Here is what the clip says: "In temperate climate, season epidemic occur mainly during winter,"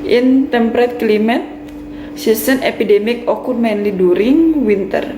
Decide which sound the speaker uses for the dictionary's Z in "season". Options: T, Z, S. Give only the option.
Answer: S